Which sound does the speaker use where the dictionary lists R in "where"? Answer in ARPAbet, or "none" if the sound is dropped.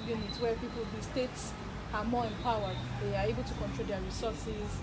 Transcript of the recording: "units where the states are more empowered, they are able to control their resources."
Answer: L